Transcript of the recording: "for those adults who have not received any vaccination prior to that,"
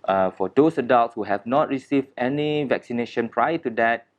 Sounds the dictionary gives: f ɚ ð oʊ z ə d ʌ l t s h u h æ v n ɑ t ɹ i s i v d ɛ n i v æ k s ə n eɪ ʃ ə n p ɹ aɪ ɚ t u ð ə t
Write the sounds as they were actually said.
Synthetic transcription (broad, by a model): f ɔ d oʊ s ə d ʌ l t s h u h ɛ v n ɑ t ɹ i s i v d ɛ n i v æ k s ə n eɪ ʃ ə n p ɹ aɪ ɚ t u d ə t